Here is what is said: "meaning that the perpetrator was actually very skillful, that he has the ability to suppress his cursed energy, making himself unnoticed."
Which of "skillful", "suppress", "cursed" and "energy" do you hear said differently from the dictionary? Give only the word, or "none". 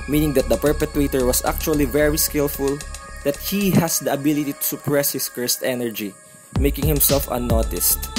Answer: none